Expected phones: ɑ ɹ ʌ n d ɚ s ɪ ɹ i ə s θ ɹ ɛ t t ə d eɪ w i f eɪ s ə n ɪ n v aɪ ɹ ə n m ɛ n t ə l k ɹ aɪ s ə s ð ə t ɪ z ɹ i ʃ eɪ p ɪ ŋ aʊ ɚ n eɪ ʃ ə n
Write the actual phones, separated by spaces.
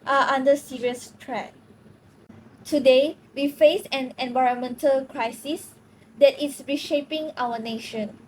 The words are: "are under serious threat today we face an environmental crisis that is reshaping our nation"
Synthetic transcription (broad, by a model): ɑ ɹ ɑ n d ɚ s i ɹ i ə s t ɹ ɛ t t ə d eɪ w i f eɪ s ə n ɪ n v aɪ ɹ ə n m ɛ n t ə l k ɹ aɪ s ə s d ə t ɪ s ɹ i ʃ eɪ p ɪ ŋ aʊ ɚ n eɪ ʃ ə n